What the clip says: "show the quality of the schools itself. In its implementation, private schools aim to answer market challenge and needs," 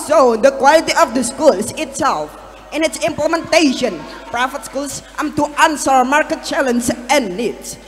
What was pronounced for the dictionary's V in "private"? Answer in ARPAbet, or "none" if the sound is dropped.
F